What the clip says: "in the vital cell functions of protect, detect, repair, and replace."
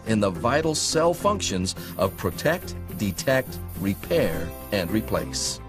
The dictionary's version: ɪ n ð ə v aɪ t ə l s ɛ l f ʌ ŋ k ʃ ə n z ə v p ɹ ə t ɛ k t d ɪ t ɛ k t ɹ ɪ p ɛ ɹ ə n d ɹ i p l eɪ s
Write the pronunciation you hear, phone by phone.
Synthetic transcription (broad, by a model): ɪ n ð ə v aɪ t l s ɛ l f ʌ ŋ k ʃ ə n z ə v p ɹ ə t ɛ k t d ɪ t ɛ k t ɹ ɪ p ɛ ɹ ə n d ɹ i p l eɪ s